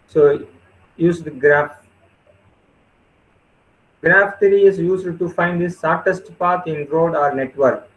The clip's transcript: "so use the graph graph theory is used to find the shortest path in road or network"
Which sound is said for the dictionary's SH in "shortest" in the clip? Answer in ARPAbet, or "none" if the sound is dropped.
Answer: S